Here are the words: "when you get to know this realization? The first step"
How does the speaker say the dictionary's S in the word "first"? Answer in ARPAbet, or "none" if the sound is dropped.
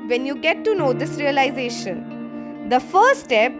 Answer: none